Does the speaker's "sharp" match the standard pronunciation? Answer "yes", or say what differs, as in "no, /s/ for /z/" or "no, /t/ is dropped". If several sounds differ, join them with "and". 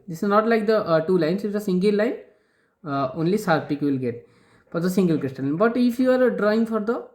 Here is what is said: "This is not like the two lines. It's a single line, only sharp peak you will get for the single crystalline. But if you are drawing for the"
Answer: no, /s/ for /ʃ/